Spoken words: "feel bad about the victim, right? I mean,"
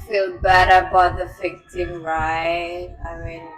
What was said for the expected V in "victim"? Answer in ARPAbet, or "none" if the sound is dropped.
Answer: F